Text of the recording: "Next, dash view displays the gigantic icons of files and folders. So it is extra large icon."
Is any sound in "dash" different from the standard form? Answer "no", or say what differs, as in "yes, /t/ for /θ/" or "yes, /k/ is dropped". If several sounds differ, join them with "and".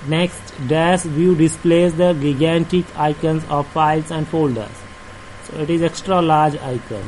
yes, /s/ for /ʃ/